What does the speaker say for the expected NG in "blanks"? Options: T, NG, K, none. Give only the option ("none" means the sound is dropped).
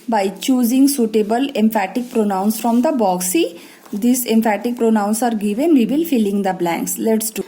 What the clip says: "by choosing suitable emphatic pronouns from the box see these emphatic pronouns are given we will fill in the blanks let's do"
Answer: NG